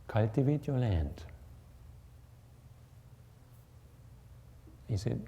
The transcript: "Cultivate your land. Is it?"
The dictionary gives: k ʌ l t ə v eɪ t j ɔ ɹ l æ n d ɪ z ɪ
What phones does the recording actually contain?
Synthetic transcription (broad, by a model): k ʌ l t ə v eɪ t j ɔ l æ n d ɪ s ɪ